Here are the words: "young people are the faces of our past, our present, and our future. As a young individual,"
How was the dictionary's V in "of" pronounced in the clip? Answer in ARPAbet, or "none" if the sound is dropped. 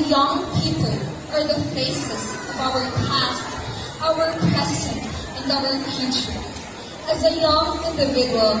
V